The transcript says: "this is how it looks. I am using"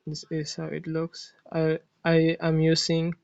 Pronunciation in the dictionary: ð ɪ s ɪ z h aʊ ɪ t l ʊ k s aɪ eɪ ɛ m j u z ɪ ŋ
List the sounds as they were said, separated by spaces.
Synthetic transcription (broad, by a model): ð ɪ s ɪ s h aʊ ɪ t l ʊ k s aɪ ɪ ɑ m j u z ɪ ŋ